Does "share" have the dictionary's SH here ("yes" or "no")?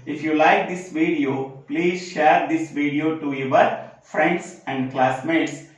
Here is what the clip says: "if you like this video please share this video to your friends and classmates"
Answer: yes